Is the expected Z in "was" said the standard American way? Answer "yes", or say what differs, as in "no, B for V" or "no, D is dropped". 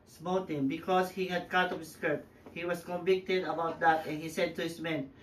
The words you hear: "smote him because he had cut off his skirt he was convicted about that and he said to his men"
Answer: no, S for Z